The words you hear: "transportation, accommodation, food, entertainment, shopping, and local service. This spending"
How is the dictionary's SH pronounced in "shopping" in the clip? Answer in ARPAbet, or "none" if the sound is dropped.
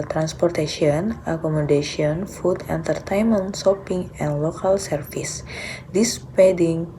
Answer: S